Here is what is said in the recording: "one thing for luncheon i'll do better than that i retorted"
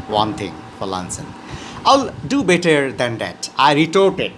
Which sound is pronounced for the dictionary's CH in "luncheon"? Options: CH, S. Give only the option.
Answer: S